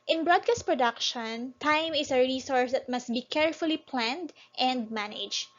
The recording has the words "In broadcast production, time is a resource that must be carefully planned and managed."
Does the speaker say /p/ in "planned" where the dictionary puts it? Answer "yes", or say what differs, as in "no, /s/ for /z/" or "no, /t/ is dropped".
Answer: yes